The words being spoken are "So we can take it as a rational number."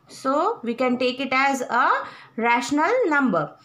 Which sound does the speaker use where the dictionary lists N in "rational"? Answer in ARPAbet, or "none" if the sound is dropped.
N